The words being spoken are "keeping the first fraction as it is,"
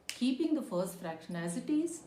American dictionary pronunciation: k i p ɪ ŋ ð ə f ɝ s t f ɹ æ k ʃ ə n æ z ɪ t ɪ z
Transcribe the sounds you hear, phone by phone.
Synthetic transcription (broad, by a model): k i p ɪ ŋ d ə f ɝ s t f ɹ æ k ʃ ə n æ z ɪ t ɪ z